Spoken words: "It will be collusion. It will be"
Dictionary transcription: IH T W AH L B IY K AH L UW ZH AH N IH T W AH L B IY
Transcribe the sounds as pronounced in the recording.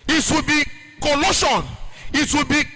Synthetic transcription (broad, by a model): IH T W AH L B IY K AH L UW SH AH N IH T W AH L B IY